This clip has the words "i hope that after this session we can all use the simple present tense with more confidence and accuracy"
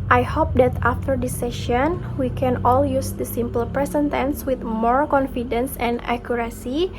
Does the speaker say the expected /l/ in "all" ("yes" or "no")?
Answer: yes